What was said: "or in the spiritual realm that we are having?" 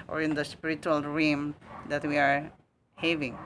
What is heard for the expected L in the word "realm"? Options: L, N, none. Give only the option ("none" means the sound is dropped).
none